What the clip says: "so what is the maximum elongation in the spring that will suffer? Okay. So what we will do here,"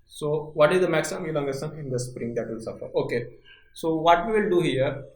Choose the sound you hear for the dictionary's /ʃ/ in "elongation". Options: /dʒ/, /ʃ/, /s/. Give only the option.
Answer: /s/